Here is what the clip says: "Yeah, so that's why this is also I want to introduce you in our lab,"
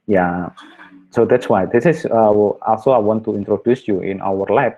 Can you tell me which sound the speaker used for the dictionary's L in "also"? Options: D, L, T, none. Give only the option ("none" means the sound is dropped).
L